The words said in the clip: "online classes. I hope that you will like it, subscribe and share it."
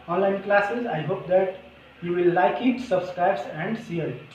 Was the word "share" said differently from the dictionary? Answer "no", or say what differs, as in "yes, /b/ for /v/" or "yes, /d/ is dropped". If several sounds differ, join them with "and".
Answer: yes, /s/ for /ʃ/